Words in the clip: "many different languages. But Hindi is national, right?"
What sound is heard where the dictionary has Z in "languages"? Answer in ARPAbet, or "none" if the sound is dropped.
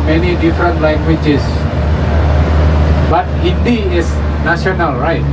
S